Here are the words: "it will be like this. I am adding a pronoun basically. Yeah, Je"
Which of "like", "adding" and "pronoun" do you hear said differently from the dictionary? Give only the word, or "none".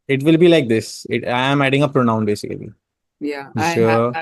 none